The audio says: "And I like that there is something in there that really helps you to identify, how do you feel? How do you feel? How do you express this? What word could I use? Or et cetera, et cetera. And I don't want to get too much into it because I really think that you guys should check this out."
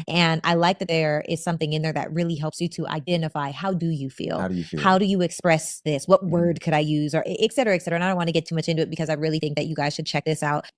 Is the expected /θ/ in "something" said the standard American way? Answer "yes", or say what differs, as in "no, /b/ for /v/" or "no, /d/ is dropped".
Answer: yes